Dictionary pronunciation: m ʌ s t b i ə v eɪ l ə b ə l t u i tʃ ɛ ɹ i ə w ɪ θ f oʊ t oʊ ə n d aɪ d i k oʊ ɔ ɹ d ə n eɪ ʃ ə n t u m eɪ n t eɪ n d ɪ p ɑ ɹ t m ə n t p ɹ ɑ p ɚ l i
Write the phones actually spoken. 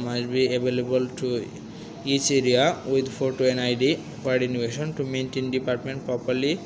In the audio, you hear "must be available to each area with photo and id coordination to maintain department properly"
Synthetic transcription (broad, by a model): m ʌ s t b i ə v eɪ l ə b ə l t u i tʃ ɛ ɹ i ə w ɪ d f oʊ t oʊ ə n aɪ d i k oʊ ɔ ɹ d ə n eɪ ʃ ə n t u m eɪ n t eɪ n d ɪ p ɑ ɹ t m ə n t p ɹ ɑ p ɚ l i